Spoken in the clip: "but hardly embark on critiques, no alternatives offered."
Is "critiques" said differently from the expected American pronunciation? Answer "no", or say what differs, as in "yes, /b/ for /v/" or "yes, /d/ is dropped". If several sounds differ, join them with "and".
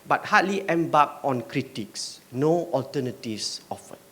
no